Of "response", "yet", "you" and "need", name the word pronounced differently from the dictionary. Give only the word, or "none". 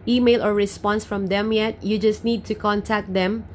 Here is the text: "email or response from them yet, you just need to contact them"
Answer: none